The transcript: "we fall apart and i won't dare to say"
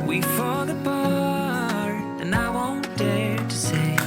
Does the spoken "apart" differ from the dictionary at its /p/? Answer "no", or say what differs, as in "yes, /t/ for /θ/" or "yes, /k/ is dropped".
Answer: yes, /b/ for /p/